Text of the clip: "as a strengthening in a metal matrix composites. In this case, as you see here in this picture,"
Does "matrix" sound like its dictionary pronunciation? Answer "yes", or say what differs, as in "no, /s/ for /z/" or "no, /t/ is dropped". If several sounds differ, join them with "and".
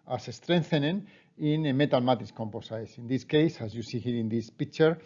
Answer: no, /k/ is dropped